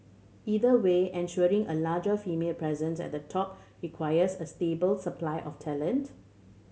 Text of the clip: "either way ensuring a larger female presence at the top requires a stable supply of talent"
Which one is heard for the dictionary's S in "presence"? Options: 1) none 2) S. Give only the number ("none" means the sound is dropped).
2